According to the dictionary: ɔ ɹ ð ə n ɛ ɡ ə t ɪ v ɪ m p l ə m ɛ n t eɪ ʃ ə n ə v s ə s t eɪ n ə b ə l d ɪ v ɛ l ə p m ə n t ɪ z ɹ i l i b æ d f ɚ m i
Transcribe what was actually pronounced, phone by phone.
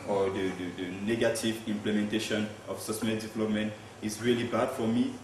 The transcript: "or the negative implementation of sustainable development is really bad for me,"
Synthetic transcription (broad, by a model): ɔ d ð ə n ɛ ɡ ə t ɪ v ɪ m p l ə m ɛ n t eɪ ʃ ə n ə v s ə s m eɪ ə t d ɪ v ɛ l ə p m ə n t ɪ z ɹ i l i b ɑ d f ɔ m i